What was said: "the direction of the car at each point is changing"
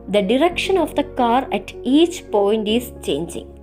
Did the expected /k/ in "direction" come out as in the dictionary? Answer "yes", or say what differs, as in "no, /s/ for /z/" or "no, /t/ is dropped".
yes